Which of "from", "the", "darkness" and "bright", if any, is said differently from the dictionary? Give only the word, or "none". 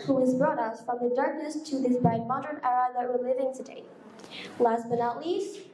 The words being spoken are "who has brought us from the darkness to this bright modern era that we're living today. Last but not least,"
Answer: bright